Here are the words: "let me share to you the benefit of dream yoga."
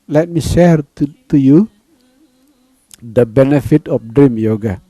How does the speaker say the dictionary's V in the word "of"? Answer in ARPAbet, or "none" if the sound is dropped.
P